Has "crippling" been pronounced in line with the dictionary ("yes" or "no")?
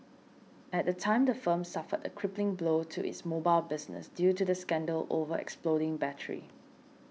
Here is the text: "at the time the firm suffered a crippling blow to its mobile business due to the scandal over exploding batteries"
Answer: yes